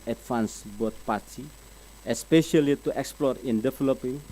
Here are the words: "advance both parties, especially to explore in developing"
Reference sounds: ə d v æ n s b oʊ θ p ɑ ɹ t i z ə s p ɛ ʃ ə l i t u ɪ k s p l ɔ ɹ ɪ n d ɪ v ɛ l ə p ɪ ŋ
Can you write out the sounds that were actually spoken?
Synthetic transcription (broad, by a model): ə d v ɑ n s b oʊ t p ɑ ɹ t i ə s p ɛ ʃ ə l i t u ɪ k s p l ɔ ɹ ɪ n d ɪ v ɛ l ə p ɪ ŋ